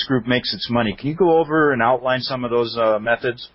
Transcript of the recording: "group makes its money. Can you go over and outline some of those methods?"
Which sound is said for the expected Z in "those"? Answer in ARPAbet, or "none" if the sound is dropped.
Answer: Z